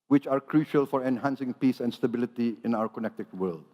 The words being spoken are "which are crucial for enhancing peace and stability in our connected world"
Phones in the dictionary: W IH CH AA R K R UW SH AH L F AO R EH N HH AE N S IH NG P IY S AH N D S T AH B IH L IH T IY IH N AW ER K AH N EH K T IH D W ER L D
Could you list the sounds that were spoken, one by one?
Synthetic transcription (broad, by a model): W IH CH AA R K R UW SH AH L F AO R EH N HH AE N S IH NG P IY S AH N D S T AH B IH L IH T IY IH N AW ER K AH N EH K T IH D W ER L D